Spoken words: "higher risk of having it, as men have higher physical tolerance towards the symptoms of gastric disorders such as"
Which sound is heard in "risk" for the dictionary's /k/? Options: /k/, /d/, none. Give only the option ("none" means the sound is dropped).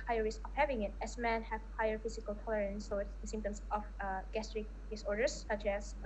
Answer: none